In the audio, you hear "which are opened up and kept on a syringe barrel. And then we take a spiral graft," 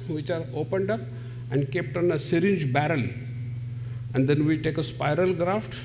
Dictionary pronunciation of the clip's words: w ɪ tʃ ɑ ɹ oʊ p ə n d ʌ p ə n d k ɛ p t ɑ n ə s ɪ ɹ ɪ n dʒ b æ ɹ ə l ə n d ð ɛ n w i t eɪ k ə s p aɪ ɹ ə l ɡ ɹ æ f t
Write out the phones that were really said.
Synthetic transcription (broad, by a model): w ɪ tʃ ɑ ɹ oʊ p ə n d ʌ p ə n d k ɛ p t ɑ n ə s ɪ ɹ ɪ n dʒ b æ ɹ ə l ə n d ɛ n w i t eɪ k ə s p aɪ ɹ ə l ɡ ɹ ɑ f t